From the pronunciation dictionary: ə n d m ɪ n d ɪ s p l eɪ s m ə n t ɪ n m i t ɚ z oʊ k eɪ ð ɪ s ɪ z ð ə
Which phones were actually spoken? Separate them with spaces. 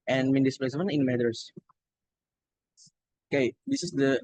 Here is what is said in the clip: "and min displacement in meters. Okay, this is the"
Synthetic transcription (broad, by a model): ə n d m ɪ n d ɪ s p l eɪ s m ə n ɪ n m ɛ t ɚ s oʊ k eɪ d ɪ s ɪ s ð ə